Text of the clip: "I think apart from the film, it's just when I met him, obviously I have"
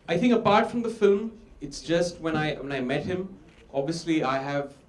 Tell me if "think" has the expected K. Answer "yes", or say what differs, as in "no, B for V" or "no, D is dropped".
yes